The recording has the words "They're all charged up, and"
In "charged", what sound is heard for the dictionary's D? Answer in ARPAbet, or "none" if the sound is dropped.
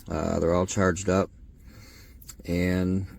D